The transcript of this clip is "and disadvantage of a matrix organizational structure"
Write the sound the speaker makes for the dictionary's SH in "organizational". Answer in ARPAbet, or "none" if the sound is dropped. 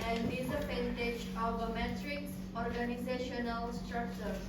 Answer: SH